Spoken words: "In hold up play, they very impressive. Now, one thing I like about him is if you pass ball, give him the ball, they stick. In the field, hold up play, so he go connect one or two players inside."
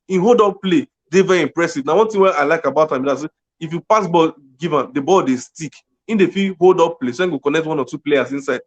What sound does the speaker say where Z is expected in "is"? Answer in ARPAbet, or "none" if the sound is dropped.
S